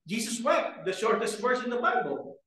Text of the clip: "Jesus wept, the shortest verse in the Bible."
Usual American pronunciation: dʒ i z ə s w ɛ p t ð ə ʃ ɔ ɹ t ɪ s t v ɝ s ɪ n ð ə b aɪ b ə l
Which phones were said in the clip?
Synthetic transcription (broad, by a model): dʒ i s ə s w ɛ t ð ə ʃ ɔ ɹ t ɪ s t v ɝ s ɪ n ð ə b aɪ b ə l